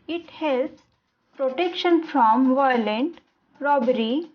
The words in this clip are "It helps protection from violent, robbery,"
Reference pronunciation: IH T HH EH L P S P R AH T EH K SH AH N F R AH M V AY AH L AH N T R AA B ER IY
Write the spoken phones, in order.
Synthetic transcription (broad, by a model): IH T HH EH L S P R AH T EH K SH AH N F R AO M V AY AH L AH N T R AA B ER IY